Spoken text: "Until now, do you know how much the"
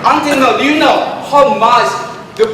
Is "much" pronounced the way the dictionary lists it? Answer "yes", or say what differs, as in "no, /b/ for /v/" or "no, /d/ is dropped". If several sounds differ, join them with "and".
no, /s/ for /tʃ/